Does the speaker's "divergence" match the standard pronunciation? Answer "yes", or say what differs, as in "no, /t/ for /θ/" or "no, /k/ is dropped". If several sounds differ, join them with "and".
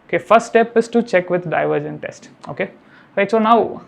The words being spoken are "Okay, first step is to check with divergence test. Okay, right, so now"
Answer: no, /s/ is dropped